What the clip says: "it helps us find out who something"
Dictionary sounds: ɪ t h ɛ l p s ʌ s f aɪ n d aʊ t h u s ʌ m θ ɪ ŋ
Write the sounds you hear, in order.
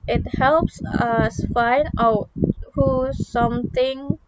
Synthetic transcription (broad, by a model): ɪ t h ɛ l p s ʌ s f aɪ n d aʊ t h u s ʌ m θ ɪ ŋ